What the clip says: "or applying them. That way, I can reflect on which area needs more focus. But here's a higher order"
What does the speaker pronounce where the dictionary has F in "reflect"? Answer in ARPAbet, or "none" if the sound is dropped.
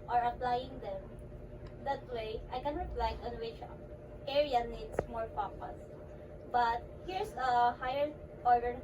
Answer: P